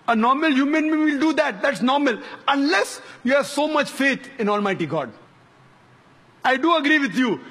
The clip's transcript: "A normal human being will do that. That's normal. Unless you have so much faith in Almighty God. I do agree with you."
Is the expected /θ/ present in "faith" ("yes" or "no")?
no